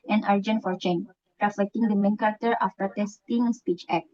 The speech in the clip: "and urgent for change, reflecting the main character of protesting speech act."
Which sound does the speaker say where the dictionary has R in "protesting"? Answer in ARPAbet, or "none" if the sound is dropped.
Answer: none